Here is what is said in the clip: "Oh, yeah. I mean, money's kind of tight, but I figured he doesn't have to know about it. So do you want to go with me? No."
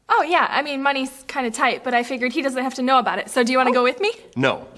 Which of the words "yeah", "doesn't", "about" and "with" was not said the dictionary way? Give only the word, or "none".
none